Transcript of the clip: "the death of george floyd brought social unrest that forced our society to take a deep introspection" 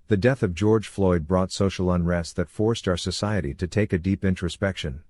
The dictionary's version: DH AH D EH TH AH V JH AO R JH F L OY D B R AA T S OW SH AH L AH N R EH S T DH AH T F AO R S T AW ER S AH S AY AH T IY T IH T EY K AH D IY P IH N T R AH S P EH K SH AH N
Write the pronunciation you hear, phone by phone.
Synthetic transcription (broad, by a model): DH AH D EH TH AH V JH AO R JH F L OY D B R AA T S OW SH L AH N R EH S T DH AH T F AO R S T AW ER S AH S AY AH T IY T IH T EY K AH D IY P IH N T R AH S P EH K SH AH N